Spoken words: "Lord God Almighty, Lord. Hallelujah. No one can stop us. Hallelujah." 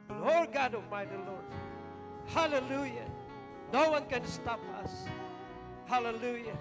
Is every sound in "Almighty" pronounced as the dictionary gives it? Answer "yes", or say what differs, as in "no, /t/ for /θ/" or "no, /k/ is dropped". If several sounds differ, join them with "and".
no, /l/ is dropped